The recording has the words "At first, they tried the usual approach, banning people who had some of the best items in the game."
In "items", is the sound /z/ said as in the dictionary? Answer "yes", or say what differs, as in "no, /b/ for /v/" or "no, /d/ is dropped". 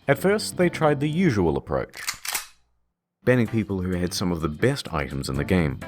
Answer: yes